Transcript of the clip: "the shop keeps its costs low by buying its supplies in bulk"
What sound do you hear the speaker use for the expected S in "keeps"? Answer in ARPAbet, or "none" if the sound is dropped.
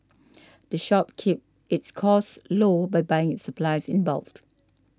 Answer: none